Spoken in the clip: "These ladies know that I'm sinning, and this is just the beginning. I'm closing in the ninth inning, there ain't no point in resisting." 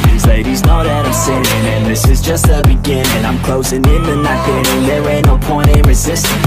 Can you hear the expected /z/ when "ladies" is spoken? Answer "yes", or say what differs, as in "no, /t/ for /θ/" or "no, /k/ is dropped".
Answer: yes